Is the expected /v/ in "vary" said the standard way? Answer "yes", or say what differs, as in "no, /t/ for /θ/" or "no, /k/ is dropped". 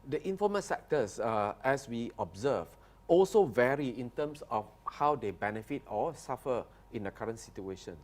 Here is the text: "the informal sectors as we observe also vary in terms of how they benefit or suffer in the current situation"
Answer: yes